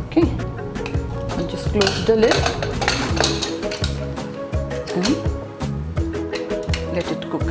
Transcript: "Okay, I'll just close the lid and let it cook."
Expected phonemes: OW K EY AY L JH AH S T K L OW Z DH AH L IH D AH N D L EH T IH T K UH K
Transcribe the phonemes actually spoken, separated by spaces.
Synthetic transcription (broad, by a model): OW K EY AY N JH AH S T K L OW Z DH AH L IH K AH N L EH T IH T K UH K